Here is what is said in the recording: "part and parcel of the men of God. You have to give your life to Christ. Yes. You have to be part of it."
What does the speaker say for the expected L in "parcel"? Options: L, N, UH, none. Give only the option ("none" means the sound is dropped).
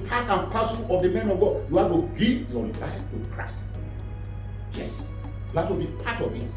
N